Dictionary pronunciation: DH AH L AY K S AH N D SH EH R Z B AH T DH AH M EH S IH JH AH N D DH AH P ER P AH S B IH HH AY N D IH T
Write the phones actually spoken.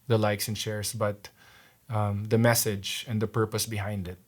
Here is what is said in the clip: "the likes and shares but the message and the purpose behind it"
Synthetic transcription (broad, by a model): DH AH L AY K S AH N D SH EH R S B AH T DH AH M EH S IH JH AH N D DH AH P ER P AH S B IH HH AY N D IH T